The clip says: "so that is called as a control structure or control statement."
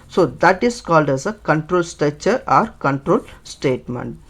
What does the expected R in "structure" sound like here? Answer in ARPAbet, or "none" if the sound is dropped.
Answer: none